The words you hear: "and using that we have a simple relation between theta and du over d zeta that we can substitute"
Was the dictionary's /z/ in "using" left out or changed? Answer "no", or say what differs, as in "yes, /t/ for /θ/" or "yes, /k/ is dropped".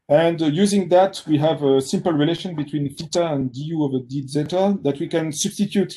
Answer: no